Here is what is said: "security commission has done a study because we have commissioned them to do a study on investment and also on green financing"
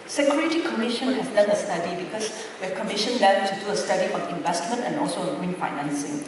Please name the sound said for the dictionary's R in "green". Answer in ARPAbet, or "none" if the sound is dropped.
none